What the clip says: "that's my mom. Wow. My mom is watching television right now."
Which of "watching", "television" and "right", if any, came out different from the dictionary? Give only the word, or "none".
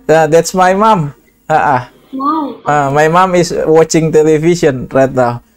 television